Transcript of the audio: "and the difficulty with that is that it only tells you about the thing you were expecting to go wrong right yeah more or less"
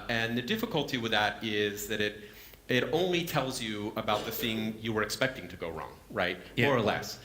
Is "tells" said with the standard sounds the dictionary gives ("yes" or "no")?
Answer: yes